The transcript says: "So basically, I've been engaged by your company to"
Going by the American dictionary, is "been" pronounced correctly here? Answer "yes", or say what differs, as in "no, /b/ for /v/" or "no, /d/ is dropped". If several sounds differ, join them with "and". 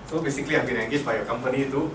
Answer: no, /l/ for /n/